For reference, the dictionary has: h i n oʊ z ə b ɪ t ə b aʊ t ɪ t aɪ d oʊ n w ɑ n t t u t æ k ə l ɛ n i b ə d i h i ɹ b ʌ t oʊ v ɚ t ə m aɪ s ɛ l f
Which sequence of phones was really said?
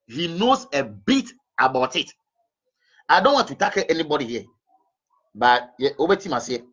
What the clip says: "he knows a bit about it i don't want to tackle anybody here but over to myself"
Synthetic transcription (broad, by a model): h i n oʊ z ə b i t ə b aʊ t ɪ t aɪ d oʊ n w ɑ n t t u t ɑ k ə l ɛ n i b ə d i h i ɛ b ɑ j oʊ b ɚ t ə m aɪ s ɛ